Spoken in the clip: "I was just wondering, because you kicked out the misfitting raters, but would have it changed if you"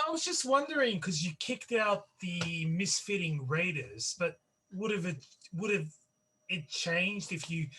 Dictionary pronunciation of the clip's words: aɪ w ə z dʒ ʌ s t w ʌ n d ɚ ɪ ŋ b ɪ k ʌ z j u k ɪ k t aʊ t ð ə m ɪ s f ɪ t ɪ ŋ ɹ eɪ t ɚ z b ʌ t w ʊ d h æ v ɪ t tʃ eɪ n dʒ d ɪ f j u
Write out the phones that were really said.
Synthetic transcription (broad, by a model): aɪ w ə z dʒ ʌ s t w ʌ n d ɚ ɪ ŋ k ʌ z j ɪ k ɪ k t aʊ t ð ə m ɪ s f ɪ t ɪ ŋ ɹ eɪ t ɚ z b ʌ t w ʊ d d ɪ v ɪ t tʃ eɪ n dʒ d ɪ f j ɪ